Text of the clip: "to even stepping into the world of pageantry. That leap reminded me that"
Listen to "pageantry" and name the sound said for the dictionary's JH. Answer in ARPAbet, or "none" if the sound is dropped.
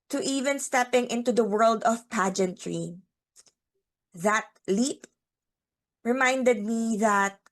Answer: JH